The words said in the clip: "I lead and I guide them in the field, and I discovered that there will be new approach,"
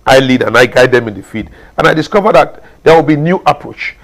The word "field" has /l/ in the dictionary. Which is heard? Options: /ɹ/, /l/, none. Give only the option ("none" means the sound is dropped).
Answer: none